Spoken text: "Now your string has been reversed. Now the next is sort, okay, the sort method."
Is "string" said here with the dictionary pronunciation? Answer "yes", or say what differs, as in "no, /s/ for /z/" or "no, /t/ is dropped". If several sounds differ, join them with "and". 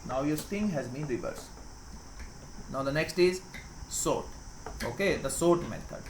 no, /ɹ/ is dropped